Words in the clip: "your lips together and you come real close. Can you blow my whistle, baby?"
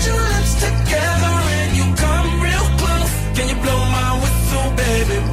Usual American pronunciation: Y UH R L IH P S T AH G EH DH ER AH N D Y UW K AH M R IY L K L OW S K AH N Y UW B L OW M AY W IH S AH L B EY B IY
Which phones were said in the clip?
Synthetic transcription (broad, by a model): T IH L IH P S T AH G EH DH ER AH N Y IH K AH M R IY L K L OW K AH N Y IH B L OW M AY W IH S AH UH B EY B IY